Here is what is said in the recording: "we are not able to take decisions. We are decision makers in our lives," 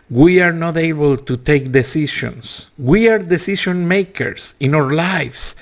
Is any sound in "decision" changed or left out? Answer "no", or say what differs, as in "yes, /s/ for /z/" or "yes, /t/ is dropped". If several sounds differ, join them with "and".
yes, /ʃ/ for /ʒ/